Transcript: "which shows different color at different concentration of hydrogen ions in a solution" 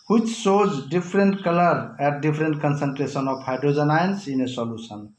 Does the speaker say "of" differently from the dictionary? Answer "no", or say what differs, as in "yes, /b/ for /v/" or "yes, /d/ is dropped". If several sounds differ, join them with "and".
yes, /p/ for /v/